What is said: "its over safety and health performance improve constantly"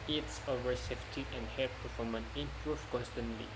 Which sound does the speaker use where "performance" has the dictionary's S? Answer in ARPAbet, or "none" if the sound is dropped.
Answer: none